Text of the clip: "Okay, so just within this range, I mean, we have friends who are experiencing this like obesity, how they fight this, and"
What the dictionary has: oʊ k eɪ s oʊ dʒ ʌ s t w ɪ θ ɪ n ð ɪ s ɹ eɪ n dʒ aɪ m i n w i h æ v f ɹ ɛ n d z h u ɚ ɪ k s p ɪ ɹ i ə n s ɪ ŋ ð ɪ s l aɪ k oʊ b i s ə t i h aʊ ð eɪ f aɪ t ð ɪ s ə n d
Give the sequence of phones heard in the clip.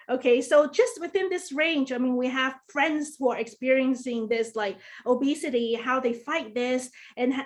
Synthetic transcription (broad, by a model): oʊ k eɪ s oʊ dʒ ʌ s t w ɪ θ ɪ n ð ɪ s ɹ eɪ n dʒ aɪ m i n w i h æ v f ɹ ɛ n d z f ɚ ɪ k s p ɪ ɹ i ə n s ɪ ŋ ð ɪ s l aɪ k oʊ b i s ə t i h aʊ ð eɪ f aɪ t ð ɪ s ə n